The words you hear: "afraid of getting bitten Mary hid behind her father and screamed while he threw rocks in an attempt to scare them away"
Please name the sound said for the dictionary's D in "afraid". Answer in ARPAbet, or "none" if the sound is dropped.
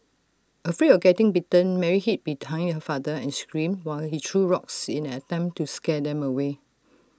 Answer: none